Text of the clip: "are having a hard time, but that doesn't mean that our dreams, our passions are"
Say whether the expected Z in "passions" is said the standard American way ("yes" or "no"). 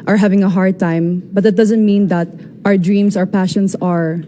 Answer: no